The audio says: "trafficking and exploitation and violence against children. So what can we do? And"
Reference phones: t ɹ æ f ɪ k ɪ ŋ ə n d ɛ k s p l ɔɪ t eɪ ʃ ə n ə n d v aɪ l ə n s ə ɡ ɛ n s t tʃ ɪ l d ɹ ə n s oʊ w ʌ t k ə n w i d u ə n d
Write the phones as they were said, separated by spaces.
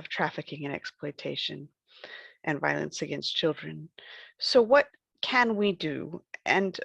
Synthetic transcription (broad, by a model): t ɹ æ f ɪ k ɪ ŋ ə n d ɛ k s p l ɔɪ t eɪ ʃ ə n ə n v aɪ l ə n s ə ɡ ɛ n s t tʃ ɪ l d ɹ ə n s oʊ w ʌ t k ə n w i d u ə n